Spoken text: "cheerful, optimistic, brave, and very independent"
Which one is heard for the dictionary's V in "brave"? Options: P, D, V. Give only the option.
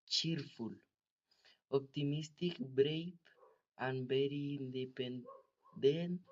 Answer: P